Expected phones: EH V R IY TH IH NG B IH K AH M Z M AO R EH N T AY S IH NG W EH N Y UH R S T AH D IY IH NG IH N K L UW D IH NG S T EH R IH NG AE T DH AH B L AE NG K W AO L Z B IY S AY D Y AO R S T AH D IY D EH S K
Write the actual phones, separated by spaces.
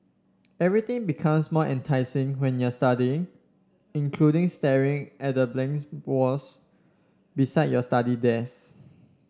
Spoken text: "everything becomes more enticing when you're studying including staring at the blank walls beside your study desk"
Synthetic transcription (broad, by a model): EH V R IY T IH NG B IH K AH M S M AO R EH N T AY S IH NG W EH N Y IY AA S T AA D IY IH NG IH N K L UW D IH NG S T EH R IH NG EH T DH AH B L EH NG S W AO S B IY S AY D Y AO S T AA D IY D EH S